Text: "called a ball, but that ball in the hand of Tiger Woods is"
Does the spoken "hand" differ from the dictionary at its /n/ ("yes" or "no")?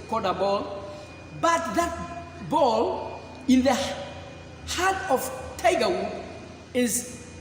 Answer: yes